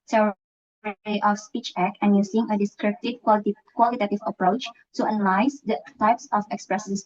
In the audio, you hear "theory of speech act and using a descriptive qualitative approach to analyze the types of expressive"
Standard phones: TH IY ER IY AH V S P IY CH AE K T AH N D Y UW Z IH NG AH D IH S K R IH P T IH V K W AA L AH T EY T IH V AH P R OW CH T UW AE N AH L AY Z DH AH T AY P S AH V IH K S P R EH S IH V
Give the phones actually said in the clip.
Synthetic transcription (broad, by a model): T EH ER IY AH F S P IY CH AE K AH N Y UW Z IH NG AH D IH S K R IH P T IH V K W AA L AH T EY T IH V AH P R OW CH T UW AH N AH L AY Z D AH T AY P S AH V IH K S P R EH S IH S